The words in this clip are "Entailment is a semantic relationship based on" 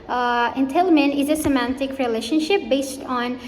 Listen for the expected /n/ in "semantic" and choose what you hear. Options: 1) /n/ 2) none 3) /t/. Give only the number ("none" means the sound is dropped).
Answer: 1